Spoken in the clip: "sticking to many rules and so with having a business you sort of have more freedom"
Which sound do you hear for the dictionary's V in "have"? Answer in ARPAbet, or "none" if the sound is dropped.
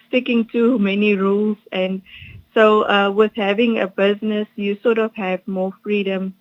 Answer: V